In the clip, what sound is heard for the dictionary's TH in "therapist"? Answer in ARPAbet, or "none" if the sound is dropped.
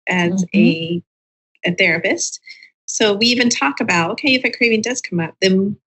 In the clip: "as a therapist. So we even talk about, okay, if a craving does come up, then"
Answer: TH